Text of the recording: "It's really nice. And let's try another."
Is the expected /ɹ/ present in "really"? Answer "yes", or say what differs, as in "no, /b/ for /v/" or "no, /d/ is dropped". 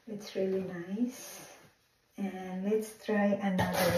yes